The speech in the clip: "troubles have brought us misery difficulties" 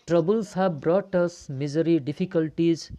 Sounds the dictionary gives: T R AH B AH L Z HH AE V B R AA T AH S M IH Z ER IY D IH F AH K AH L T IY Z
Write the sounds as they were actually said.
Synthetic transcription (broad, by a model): T R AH B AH L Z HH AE B B R AA T AH S M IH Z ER IY D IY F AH K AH L T IY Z